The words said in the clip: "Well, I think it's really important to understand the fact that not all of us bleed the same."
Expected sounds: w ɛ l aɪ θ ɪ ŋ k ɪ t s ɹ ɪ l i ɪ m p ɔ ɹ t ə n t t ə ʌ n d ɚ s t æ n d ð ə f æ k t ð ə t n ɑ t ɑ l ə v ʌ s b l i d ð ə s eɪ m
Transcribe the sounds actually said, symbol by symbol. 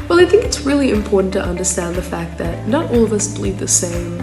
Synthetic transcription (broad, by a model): w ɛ l aɪ θ ɪ ŋ k ɪ t s ɹ ɪ l i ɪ m p ɔ ɹ t n t t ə ʌ n d ɚ s t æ n ð ə f æ k t ð ə t n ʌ t ɑ l ə v ʌ s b l i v ð ə s eɪ m